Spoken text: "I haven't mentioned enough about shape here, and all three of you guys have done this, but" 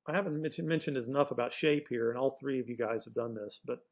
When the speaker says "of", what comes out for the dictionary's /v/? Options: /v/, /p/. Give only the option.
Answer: /v/